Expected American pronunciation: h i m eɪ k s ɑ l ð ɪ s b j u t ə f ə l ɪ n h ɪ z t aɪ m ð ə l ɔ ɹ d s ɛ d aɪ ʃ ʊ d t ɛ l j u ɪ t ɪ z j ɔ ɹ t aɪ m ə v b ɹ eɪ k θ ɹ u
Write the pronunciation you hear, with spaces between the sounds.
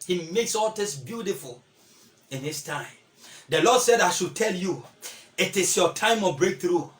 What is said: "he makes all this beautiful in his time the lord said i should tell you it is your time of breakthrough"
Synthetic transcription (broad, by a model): h i m eɪ k s ɑ l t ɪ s b j u t ə f ə l ɪ n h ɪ s t aɪ m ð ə l ɔ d s ɛ d aɪ ʃ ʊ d t ɛ l j u ɪ t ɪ s j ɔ t aɪ m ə b ɹ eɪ k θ ɹ u